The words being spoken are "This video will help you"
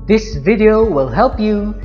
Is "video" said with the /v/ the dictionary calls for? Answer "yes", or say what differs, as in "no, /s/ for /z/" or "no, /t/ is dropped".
yes